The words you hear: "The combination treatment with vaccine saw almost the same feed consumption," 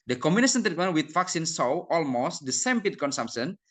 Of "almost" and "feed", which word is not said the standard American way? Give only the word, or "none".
feed